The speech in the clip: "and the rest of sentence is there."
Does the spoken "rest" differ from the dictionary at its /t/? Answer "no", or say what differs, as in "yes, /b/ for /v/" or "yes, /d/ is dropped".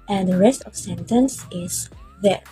no